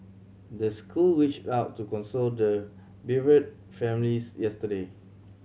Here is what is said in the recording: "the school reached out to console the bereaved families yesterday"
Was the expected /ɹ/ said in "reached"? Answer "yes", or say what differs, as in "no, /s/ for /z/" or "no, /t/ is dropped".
no, /w/ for /ɹ/